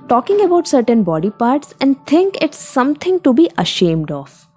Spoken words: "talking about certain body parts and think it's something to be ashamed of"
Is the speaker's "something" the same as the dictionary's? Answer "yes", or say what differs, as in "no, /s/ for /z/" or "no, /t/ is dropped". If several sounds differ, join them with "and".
no, /t/ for /θ/